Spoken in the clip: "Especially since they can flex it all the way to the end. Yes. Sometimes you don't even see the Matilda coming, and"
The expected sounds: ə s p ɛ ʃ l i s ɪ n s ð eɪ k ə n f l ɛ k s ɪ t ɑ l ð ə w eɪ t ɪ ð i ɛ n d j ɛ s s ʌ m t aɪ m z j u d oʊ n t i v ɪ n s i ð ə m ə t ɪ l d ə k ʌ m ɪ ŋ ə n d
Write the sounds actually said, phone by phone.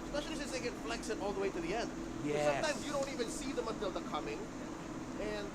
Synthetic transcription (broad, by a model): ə s p ɛ ʃ l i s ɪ s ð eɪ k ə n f l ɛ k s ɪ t ɑ l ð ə w eɪ t ɪ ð i ɛ n d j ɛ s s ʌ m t aɪ m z j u d oʊ n t i v ɪ n s i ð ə m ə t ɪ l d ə k ʌ m ɪ ŋ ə n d